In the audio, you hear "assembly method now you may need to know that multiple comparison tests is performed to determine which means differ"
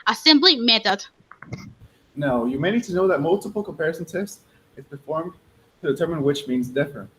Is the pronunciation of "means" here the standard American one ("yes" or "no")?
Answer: yes